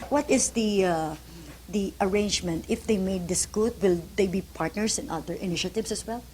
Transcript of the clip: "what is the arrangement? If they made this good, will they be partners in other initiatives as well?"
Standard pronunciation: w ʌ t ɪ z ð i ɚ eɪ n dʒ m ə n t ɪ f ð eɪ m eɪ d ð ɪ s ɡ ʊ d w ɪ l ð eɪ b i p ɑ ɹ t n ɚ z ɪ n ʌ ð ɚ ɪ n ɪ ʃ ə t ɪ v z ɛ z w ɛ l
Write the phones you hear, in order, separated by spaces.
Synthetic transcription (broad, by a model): w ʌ t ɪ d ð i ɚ eɪ n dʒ m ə n t ɪ f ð eɪ m eɪ d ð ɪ s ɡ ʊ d w ɪ l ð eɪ b i p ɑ ɹ t n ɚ s ɪ n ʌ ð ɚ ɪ n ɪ ʃ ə t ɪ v s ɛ s w ɛ l